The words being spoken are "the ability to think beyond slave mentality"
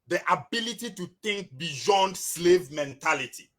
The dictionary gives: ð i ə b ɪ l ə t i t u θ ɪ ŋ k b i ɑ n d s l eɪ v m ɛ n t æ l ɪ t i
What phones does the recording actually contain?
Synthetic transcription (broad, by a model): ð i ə b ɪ l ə t i t u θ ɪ ŋ k b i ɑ n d s l eɪ v m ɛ n t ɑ l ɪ t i